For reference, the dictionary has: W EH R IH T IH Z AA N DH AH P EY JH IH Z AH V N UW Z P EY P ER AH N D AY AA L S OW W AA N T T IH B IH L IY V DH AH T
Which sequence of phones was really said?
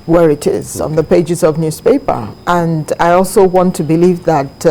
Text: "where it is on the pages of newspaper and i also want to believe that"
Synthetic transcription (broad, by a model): W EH R IH T IH Z N DH AH P EY JH IH Z AH V N UW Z P EY P ER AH N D AY AA L S OW W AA N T T IH B IH L IY V DH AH T